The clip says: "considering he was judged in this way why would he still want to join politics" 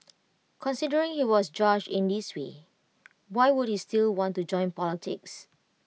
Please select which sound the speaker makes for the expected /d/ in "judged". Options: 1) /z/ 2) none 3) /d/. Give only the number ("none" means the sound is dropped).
2